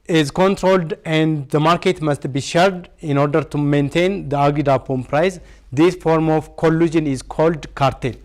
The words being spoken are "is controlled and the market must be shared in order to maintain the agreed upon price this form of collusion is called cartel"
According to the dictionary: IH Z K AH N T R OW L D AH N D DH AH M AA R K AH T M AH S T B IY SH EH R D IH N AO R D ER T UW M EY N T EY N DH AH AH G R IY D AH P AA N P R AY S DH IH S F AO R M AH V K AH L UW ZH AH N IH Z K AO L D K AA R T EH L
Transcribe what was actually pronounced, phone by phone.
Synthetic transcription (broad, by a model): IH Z K AH N T R OW L D AH N D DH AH M AA R K AH T M AH S T B IY SH EH R D IH N AO R D ER T UW M EY N T EY N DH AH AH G IY D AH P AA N P R AY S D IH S F AO R M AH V K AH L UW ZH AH N IH Z K AO L D K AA R T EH L